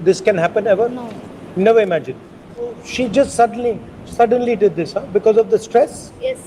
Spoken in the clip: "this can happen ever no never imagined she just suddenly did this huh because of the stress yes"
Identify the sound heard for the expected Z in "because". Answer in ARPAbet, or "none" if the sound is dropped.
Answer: Z